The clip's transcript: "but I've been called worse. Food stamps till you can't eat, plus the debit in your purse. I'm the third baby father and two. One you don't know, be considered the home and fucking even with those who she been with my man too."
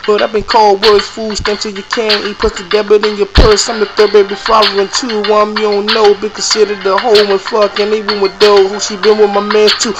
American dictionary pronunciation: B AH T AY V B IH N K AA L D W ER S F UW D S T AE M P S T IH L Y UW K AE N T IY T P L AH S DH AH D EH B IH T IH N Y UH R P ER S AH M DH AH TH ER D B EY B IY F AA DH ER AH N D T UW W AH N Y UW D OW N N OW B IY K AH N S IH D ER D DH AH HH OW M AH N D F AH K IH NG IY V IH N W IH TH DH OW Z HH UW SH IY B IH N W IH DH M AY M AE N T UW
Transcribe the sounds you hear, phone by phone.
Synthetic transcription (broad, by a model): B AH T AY B IH N K AA L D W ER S F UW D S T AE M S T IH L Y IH K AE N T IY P AH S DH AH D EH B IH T IH N Y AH R P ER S AH M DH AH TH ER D B EY B IY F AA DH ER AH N T UW W AH N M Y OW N N OW B IY K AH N S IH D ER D DH AH HH OW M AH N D F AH K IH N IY W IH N W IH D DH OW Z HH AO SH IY B IH N W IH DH M AY M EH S T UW